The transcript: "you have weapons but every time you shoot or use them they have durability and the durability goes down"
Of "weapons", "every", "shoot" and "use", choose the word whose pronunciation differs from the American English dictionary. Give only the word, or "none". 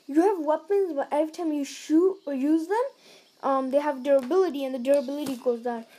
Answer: every